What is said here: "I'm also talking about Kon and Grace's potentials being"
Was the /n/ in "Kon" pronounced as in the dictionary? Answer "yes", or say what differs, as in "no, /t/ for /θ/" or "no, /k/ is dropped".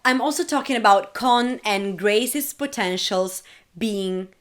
yes